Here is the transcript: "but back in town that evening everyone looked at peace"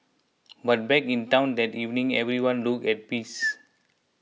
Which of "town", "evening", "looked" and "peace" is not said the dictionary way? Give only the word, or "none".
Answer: looked